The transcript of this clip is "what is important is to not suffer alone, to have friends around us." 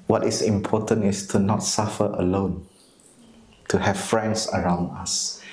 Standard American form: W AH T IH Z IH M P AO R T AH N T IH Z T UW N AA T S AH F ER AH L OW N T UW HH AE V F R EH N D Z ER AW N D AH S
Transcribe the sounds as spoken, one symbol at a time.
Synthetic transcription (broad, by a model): W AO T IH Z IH M P AO T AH N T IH S T UW N AA T S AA F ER AH L OW N T UW HH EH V F R EH N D S ER AW N D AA S